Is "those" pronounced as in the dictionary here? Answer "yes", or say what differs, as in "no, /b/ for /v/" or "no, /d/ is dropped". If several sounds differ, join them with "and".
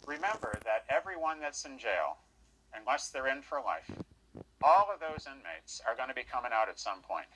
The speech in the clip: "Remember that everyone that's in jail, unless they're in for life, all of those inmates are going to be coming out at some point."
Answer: yes